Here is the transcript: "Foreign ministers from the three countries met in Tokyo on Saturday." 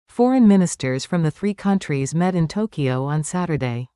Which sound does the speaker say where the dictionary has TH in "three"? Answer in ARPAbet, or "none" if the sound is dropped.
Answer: TH